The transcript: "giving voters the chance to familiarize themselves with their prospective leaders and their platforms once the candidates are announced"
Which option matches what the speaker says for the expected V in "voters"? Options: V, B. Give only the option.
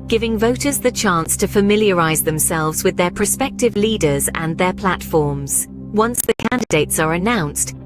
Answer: V